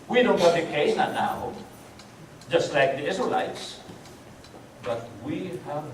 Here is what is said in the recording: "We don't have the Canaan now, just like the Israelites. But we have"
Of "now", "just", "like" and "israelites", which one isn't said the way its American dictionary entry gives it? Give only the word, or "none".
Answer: israelites